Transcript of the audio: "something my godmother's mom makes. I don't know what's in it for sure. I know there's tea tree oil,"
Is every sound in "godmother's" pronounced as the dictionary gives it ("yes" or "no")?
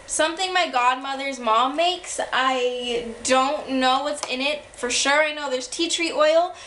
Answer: yes